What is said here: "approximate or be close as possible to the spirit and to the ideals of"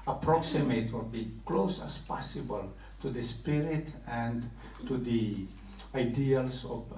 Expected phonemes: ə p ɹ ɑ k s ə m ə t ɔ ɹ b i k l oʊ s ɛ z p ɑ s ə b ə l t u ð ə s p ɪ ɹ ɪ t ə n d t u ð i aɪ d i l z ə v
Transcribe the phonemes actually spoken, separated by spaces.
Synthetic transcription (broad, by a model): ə p ɹ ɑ k s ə m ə t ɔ l b i k l oʊ s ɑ s p ɑ s ə b ə l t u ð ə s p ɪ ɹ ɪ t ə n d t u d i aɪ d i l s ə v